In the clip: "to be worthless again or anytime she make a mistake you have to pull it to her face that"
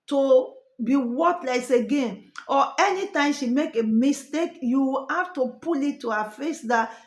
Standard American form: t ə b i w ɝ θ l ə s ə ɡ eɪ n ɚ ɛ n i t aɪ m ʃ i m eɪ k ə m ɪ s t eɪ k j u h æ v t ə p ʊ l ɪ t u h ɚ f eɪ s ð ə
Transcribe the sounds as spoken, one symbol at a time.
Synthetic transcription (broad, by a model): t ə b i w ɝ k l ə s ə ɡ eɪ n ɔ ɛ n i t aɪ m ʃ i m eɪ k ə m ɪ s t eɪ k j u h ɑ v t ə p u l ɪ t u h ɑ f eɪ s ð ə